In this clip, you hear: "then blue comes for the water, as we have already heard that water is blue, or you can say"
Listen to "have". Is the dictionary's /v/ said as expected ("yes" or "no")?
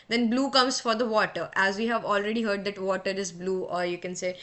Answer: yes